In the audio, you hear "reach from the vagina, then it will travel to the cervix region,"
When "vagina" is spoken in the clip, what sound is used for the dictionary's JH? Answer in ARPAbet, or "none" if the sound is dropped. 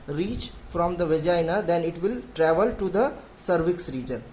JH